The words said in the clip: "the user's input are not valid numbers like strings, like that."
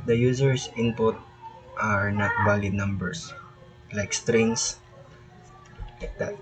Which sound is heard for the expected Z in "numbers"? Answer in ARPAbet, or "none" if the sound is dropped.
S